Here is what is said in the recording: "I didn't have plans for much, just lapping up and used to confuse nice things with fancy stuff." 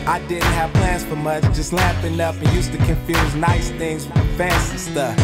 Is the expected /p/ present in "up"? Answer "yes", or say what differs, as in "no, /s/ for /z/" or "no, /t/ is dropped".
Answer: yes